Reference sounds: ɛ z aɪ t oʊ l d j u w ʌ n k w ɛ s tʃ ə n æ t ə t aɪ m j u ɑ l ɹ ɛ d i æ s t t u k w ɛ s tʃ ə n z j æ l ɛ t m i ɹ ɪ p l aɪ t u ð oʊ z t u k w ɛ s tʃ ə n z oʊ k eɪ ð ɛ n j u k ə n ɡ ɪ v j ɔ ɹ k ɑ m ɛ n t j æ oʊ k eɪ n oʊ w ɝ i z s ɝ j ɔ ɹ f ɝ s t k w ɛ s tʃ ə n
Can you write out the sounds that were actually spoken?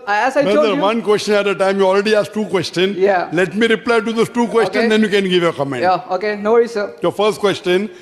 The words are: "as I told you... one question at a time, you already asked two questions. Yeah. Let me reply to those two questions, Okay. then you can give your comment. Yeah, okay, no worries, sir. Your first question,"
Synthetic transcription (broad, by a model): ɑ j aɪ s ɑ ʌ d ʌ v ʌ n k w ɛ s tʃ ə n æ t ə t aɪ m j u ɑ l ɹ ɛ d i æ s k t u k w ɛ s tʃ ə n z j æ l ɛ t m i ɹ ɪ p l aɪ t u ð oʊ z t u k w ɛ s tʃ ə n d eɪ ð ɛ n j u k ə n ɡ ɪ v j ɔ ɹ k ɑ m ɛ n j oʊ k eɪ n oʊ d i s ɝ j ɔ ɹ f ɝ s t k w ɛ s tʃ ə n